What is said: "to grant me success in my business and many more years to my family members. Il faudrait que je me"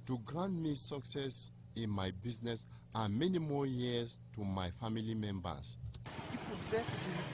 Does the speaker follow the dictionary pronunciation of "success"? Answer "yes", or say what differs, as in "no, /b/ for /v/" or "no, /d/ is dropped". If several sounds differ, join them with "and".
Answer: yes